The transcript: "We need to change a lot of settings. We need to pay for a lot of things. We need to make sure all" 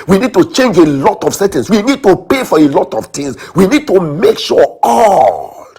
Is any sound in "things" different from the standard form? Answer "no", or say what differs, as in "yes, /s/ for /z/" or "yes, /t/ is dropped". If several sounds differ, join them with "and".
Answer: yes, /t/ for /θ/